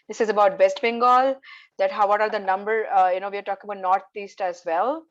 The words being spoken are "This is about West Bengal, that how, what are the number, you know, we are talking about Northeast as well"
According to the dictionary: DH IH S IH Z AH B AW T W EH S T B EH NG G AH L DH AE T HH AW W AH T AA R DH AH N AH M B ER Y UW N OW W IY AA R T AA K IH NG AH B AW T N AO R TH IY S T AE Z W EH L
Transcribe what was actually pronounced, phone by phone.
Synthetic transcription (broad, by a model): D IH S IH Z AH B AW T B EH S T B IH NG G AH L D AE T HH AW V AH T AA R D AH N AH M B ER Y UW N OW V IY AA R T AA K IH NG AH B AW T N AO R T IY S T AE Z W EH L